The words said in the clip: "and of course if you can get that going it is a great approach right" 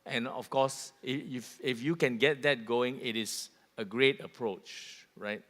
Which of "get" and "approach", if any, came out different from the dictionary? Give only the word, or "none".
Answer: none